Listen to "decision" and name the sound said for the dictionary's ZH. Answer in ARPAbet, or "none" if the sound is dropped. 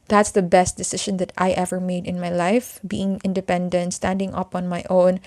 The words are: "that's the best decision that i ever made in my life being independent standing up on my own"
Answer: SH